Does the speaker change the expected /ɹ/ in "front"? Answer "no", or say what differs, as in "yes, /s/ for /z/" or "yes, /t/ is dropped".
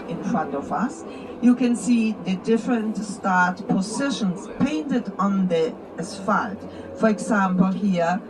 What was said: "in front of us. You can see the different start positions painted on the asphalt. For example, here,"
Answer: no